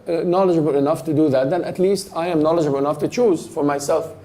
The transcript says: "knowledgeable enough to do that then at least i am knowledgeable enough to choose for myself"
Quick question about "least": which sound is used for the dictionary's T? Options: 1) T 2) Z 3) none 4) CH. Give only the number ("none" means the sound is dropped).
1